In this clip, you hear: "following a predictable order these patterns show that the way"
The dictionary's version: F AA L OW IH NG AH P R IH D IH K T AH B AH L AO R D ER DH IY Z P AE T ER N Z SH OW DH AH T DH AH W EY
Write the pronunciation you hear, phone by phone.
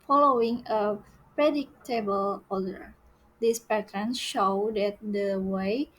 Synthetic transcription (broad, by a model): F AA L OW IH NG AH P R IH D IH K T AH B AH L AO L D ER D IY S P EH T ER N SH OW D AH T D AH W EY